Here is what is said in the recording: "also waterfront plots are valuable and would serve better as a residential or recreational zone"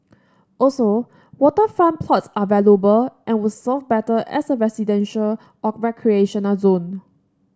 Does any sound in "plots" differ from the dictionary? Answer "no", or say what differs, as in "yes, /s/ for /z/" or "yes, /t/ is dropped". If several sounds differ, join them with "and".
no